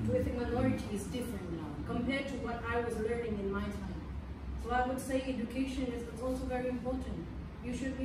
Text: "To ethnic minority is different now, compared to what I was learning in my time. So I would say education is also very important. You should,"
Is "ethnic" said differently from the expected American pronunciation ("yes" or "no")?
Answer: yes